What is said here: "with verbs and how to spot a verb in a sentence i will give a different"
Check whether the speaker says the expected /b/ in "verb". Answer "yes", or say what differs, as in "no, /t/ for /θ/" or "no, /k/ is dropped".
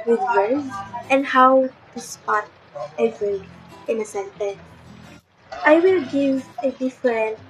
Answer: no, /b/ is dropped